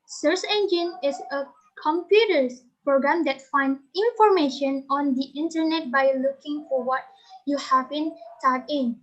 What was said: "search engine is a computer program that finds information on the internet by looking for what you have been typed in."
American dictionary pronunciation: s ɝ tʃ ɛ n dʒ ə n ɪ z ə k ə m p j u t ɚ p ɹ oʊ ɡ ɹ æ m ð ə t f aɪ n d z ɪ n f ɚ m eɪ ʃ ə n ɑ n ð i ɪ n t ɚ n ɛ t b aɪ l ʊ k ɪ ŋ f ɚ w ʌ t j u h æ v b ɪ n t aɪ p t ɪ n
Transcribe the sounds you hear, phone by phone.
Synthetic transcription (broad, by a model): s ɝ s ɛ n dʒ ə n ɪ s ə k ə m p j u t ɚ p ɹ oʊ ɡ ɹ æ m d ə t f aɪ n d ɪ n f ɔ m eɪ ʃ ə n ɑ n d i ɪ n t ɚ n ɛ t b aɪ l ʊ k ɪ ŋ f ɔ w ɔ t j u h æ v b ɪ n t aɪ t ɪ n